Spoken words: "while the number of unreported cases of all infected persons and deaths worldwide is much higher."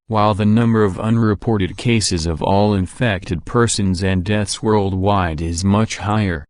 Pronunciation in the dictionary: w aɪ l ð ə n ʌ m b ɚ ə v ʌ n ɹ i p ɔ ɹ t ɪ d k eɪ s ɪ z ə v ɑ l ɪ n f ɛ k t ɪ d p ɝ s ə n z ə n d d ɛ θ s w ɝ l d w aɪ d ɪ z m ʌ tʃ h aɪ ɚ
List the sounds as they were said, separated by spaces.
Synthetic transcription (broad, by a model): w aɪ l ð ə n ʌ m b ɚ ə v ʌ n ɹ i p ɔ ɹ t ɪ d k eɪ s ɪ z ə v ɑ l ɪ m f ɛ k t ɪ d p ɝ s ə n z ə n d d ɛ θ s w ɝ l d w aɪ d ɪ z m ʌ tʃ h aɪ ɚ